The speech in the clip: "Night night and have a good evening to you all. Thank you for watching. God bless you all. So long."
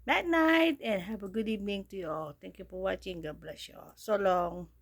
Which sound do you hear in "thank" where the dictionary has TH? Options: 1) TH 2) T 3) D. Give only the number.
2